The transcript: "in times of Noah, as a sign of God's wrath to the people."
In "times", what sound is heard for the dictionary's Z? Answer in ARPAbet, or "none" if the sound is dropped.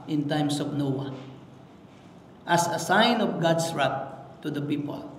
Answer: S